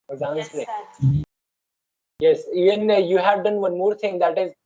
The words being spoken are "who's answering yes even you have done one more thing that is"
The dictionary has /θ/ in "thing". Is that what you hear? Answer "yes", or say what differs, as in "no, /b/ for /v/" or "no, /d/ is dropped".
no, /t/ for /θ/